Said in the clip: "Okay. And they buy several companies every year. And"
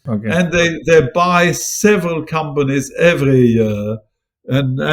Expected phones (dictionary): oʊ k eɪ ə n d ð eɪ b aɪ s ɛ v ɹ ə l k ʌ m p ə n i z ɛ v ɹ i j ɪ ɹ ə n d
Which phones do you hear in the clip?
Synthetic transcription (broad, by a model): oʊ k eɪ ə n ð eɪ b aɪ s ɛ v ɹ ə l k ʌ m p ə n i z ɛ v ɹ i j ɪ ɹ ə n